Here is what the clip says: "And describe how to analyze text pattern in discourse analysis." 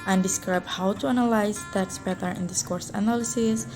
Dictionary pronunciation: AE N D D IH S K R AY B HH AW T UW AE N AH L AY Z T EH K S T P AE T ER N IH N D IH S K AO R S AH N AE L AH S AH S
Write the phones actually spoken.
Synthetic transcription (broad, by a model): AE N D D IH S K R AY B HH AW T UW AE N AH L AY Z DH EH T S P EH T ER IH N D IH S K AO R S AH N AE L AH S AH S